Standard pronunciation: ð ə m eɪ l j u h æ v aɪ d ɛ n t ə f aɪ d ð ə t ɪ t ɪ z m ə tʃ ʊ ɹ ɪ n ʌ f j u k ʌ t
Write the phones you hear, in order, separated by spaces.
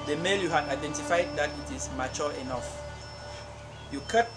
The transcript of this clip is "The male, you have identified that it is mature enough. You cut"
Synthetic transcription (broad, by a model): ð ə m eɪ l j u h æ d aɪ d ɛ n t ə f aɪ d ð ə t ɪ t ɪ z m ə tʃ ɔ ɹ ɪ n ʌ f j u k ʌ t